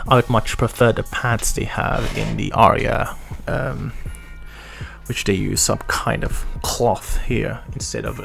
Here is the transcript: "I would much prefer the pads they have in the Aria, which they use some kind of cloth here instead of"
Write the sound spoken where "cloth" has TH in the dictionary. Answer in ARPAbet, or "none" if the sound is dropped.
TH